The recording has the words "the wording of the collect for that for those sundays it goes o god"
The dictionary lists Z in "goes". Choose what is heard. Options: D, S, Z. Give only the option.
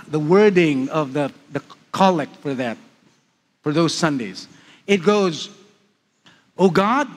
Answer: Z